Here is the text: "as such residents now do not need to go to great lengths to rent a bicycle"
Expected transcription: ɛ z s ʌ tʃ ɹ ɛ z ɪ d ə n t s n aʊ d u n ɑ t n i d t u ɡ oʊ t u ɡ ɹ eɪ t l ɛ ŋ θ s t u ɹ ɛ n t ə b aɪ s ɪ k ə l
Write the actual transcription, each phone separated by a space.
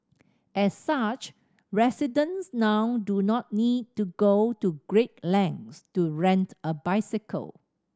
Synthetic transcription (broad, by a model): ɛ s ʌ tʃ ɹ ɛ s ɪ d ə n s n aʊ d u n ɑ t n i d t u ɡ oʊ t u ɡ ɹ eɪ t l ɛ ŋ s t u ɹ ɛ n t ə b aɪ s ɪ k ə l